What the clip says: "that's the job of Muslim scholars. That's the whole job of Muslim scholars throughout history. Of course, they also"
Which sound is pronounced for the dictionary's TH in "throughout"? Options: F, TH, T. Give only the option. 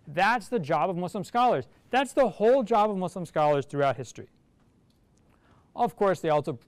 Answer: TH